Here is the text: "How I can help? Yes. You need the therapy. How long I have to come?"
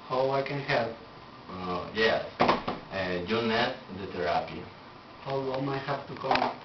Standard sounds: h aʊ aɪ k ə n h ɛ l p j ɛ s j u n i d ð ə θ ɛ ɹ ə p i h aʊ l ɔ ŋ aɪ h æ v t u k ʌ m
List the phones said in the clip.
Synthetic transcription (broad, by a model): h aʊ aɪ k ə n h ɛ l p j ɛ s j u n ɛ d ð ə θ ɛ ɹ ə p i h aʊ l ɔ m aɪ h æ p t u k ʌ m